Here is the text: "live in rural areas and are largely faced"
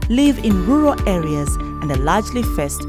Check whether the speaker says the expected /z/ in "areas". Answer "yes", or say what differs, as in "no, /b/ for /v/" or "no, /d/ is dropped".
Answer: yes